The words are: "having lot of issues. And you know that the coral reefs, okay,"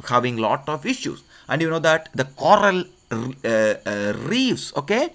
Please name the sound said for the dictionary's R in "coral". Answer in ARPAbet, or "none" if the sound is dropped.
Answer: R